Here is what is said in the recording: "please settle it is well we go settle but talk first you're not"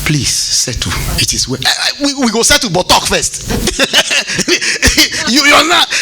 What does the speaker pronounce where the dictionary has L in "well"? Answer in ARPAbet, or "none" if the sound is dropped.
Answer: W